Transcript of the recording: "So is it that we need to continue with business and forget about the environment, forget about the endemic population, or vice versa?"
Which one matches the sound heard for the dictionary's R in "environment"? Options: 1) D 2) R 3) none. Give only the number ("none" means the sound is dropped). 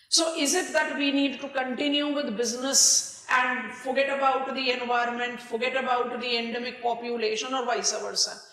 2